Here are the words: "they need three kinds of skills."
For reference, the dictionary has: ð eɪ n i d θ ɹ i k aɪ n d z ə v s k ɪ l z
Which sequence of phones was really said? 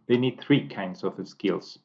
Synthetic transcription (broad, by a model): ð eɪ n i d θ ɹ i k aɪ n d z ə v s k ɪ l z